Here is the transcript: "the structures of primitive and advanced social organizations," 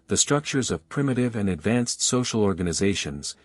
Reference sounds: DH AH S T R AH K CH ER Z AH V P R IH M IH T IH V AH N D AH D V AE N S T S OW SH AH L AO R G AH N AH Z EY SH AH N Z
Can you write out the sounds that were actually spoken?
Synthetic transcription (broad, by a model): DH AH S T R AH K CH ER Z AH V P R IH M IH T IH V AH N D AH D V AE N S T S OW SH L AO R G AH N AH Z EY SH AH N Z